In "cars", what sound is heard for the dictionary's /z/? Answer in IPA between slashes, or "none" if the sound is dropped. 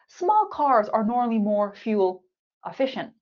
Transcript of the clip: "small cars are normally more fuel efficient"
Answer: /z/